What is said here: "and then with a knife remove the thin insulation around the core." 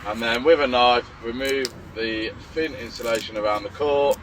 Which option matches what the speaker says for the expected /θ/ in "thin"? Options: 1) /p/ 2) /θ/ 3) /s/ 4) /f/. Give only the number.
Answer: 4